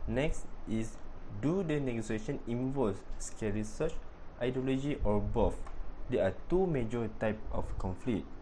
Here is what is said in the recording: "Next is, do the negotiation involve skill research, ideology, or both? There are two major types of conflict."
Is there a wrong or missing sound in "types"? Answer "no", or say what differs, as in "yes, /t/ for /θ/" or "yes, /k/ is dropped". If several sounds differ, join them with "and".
yes, /s/ is dropped